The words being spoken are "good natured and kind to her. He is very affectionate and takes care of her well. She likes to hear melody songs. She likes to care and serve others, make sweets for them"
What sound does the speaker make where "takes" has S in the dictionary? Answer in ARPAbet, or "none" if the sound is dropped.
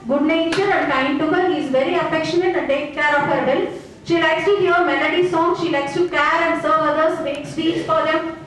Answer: none